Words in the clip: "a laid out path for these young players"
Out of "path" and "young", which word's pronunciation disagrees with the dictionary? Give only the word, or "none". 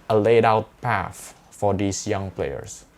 path